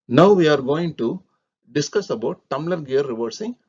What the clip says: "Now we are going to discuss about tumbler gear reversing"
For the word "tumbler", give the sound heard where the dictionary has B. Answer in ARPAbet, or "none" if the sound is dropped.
none